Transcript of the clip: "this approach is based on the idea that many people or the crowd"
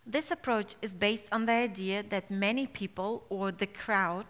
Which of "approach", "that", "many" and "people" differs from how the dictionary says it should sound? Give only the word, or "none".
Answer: none